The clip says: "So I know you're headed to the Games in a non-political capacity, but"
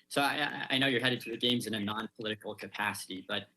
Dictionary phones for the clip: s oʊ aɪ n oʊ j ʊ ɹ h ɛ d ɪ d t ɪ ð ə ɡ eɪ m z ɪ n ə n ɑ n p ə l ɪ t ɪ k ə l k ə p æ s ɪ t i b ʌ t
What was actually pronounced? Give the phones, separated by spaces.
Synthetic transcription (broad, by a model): s oʊ aɪ n oʊ j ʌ ɹ h ɛ d ɪ d t ɪ ð ə ɡ eɪ m z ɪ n ə n ɑ n p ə l ɪ t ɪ k l k ə p æ s ɪ t i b ʌ t